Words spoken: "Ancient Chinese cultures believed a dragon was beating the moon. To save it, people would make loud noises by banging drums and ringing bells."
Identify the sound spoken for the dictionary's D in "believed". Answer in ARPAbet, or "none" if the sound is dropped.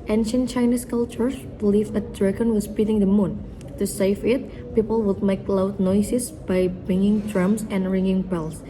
none